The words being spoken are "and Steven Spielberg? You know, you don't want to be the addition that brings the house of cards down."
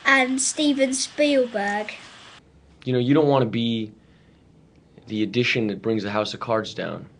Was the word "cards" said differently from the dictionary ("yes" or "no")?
no